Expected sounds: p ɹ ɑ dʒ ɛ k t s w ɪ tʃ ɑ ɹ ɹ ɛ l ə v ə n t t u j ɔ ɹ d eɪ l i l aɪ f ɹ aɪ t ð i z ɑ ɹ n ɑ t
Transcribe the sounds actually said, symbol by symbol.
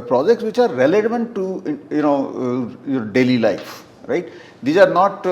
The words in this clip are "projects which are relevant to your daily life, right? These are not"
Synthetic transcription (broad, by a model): p ɹ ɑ dʒ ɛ k t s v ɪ tʃ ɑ ɹ l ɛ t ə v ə n t t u j ɔ ɹ d eɪ l i l aɪ f ɹ aɪ t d i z ɑ ɹ n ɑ t